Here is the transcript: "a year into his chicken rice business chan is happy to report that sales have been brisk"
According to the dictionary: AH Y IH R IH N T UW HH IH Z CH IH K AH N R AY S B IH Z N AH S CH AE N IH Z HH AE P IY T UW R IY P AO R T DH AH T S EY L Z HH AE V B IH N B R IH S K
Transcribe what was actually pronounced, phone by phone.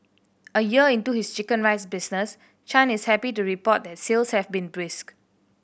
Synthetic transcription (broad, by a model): AH Y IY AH IH N T UW HH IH S CH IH K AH N R AY S B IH S N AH S CH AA N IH S HH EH P IY T UW R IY P AO T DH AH T S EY L S HH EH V B IH N B R IH S K